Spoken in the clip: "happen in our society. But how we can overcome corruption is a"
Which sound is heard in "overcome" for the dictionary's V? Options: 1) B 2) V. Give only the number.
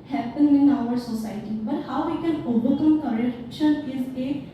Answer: 1